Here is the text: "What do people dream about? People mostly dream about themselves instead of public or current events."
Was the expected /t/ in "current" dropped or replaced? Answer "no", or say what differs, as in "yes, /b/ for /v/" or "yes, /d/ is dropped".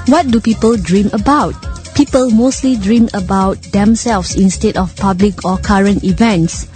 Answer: no